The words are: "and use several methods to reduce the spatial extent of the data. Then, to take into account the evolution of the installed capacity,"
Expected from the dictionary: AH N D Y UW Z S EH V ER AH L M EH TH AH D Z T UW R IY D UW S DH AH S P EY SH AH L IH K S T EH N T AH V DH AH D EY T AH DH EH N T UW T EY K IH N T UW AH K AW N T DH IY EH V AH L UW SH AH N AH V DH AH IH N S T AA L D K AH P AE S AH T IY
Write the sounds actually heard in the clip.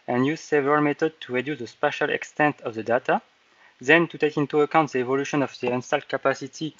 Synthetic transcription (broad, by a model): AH N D Y UW Z S EH V ER AH L M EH T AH D T UW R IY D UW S DH AH S P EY SH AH L IH K S T EH N T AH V DH AH D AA T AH DH EH N T UW T EY K IH N T UW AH K AW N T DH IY EH V AH L UW SH AH N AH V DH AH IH N S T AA L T K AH P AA S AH T IY